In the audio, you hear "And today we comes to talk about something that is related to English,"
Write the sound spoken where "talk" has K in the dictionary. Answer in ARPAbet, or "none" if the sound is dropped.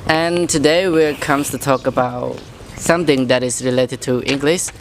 K